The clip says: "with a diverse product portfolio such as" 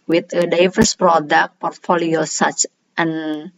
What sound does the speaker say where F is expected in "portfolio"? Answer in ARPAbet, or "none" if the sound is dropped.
F